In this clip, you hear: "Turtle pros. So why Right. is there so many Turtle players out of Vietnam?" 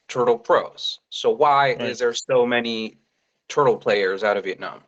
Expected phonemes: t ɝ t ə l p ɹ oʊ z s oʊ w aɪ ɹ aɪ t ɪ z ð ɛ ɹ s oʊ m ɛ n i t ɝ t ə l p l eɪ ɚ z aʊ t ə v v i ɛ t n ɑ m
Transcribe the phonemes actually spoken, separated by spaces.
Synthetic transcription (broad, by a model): t ɝ t l p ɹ oʊ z s oʊ w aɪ aɪ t ɪ z ð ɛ ɹ s oʊ m ɛ n i t ɝ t l p l eɪ ɚ z aʊ t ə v v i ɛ t n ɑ m